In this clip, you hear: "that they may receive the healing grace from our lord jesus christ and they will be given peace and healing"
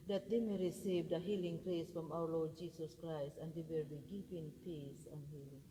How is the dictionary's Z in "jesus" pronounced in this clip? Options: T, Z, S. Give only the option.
S